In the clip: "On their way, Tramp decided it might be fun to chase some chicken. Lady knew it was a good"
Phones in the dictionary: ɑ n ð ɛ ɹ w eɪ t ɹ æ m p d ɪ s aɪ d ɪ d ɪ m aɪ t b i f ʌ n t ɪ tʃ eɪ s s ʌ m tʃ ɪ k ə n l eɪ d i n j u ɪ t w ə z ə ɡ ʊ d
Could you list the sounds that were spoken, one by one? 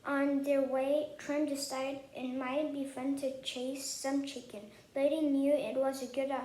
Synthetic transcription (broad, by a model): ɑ n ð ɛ ɹ w eɪ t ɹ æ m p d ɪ s aɪ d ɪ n m aɪ t b i f ʌ n t ɪ tʃ eɪ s s ʌ m tʃ ɪ k ə n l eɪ d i n j u ɪ t w ə z ə ɡ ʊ d